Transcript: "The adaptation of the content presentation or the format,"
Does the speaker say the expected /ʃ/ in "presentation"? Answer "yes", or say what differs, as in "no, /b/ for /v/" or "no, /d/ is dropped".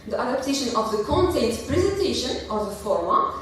yes